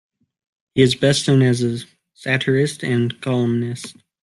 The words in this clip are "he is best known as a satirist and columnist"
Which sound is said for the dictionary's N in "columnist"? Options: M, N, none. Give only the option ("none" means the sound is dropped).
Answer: N